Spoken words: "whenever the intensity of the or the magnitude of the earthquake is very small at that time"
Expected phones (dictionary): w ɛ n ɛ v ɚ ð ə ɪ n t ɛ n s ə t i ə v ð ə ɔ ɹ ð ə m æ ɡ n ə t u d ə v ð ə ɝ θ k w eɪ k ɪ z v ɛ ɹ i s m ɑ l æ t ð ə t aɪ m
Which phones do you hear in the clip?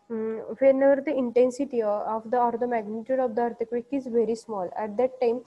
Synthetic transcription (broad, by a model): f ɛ n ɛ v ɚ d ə ɪ n t ɛ n s ə t i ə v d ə ɔ ɹ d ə m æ ɡ n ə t u d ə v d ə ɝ t k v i k ɪ z v ɛ ɹ i s m ɑ l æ t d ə t aɪ m